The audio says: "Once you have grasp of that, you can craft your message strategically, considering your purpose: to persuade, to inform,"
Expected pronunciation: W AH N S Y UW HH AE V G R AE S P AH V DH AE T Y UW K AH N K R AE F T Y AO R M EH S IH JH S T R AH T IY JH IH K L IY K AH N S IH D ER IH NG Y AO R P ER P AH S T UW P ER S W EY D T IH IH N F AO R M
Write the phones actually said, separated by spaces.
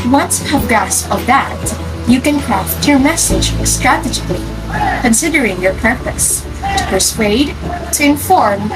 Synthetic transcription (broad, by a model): W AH N S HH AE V G AE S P AH V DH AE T Y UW K AH N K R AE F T Y AO R M EH S IH JH S T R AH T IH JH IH K L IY K AH N S IH D ER IH NG Y AO R P ER P AH S T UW P ER S W EY D T IH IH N F AO R M